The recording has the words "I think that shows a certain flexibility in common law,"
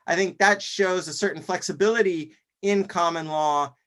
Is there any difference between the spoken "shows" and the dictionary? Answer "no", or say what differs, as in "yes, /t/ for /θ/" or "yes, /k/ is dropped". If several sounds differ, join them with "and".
no